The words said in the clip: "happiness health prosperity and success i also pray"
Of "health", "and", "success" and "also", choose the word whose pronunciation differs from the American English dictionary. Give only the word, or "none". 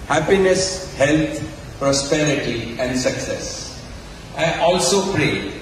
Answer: health